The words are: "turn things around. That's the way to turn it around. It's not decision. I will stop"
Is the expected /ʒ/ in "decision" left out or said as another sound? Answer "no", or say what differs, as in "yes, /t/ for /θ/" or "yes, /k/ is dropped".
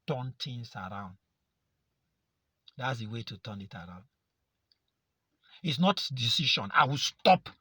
yes, /ʃ/ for /ʒ/